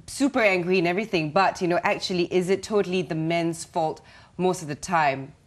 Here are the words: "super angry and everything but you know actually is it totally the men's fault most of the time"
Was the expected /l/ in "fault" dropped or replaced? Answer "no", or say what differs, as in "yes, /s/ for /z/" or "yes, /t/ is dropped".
no